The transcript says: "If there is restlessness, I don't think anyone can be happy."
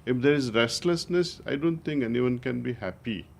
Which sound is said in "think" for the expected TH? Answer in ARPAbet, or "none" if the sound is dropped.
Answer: T